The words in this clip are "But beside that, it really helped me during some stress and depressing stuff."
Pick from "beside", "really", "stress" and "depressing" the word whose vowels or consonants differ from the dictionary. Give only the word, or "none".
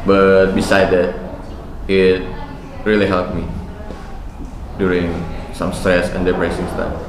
depressing